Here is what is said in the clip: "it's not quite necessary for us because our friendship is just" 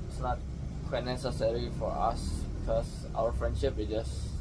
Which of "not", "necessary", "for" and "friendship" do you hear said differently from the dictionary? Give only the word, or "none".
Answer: none